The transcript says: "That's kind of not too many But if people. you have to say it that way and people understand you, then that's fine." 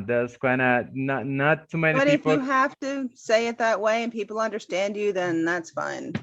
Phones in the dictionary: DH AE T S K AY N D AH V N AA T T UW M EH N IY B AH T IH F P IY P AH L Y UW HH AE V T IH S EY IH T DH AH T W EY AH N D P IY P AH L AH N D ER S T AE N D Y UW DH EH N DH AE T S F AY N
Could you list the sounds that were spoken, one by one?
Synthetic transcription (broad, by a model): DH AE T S K AY N D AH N N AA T T UW M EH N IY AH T IH F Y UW HH AE F T IH S EY IH T DH AH T W EY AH N P IY P L AH N D ER S T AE N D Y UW DH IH N DH AE T S F AY N